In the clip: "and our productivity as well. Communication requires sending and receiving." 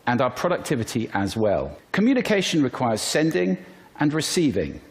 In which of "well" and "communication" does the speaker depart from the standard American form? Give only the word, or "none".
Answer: none